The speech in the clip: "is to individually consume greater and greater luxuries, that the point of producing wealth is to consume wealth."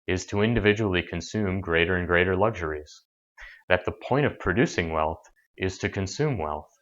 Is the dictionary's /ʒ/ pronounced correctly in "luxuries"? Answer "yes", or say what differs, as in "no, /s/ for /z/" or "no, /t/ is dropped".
yes